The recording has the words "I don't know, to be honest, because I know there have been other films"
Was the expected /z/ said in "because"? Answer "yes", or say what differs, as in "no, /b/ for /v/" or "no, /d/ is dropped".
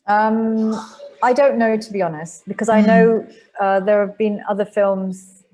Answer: yes